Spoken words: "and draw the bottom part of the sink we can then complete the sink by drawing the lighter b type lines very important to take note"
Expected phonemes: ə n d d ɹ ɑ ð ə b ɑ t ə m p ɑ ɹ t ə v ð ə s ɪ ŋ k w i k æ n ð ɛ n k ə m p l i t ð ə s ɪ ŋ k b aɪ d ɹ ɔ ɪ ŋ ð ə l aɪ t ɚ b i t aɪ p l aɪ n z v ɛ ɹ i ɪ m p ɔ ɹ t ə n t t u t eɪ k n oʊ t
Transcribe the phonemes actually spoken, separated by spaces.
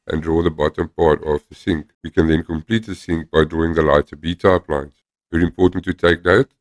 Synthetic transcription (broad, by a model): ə n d d ɹ ɑ ð ə b ɑ t ə m p ɑ ɹ t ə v ð ə s ɪ ŋ k w i k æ n ð ɛ n k ə m p l i t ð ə s ɪ ŋ k b aɪ d ɹ ɔ ɪ ŋ ð ə l aɪ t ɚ b i t aɪ p l aɪ n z v ɛ ɹ i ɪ m p ɔ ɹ t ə n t t u t eɪ k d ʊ t